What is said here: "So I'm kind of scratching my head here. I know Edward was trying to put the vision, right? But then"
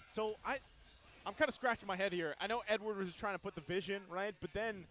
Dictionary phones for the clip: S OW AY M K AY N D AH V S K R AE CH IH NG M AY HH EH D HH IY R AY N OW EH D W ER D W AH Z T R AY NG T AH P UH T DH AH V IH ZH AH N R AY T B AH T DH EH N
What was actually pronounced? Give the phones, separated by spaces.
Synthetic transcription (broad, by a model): S OW AY M K AY N D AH S K R AE CH IH NG M AY HH EH D HH IY R AY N OW EH D W ER D W AH Z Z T AY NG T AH P UH T DH AH V IH ZH AH N R AY T B AH T DH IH N